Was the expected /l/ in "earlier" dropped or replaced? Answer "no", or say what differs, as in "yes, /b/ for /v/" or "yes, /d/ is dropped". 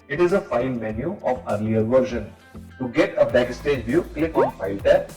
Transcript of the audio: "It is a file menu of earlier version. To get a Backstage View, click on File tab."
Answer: yes, /n/ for /l/